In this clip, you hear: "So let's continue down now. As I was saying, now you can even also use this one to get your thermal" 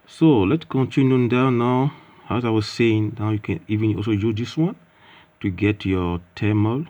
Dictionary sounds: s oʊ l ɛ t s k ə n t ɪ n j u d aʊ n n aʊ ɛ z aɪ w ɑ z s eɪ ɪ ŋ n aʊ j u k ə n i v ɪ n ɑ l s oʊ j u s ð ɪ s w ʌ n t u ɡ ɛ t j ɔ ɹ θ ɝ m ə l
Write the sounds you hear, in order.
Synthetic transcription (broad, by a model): s oʊ l ɛ t s k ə n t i n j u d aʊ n n aʊ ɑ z aɪ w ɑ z s eɪ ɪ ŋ n aʊ j u k ə n i v ɪ n ɑ l s oʊ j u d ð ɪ s w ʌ n t u ɡ ɛ t j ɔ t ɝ m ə l